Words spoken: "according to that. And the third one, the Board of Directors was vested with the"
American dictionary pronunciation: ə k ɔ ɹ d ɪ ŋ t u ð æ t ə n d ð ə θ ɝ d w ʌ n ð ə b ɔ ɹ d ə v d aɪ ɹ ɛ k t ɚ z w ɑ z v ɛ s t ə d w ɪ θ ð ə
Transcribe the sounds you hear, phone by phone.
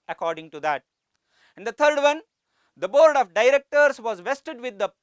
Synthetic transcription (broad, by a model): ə k ɔ ɹ d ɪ ŋ t u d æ t ə n d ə t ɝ d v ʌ n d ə b ɔ ɹ d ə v d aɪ ɹ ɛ k t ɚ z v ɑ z v ɛ s t ə d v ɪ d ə